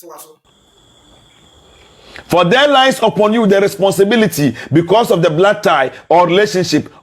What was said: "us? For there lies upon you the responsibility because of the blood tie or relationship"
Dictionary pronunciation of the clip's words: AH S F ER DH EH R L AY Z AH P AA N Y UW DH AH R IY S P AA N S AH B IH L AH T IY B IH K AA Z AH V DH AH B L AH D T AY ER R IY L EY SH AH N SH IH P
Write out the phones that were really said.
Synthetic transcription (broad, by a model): F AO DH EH L AY S AH P AA N Y UW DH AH R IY S P AA N S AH B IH L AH T IY B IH K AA S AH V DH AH B L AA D T AY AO R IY L EY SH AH N SH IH P